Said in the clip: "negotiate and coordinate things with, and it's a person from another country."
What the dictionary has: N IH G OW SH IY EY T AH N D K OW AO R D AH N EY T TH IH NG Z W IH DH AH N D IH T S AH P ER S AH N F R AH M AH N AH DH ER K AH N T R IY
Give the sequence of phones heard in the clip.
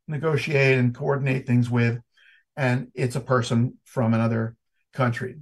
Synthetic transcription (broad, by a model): N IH G OW SH IY EY T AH N K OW AO R D N EY T TH IH NG Z W IH DH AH N IH T S AH P ER S AH N F R AH M AH N AH DH ER K AH N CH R IY